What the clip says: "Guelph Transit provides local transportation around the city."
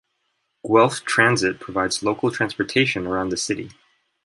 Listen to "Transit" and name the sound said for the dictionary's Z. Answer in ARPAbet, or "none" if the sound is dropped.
Z